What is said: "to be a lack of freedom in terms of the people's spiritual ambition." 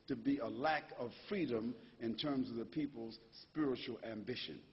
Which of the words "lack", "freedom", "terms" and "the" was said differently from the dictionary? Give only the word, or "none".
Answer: none